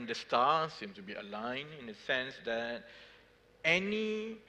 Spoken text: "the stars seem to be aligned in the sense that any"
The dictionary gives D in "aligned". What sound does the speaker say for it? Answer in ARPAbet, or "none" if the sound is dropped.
none